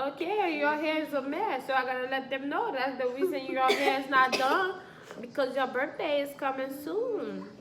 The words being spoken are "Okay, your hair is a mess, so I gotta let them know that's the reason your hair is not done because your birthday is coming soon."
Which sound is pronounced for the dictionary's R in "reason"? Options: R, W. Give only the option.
W